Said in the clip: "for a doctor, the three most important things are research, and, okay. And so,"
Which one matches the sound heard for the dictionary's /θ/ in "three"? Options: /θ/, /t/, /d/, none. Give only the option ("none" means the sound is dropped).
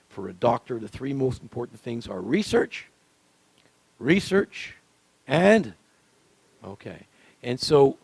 /θ/